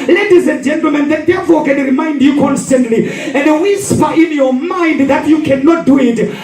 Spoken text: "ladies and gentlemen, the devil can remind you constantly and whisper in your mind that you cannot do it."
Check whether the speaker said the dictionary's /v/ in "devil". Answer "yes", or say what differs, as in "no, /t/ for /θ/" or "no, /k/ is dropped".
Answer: no, /f/ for /v/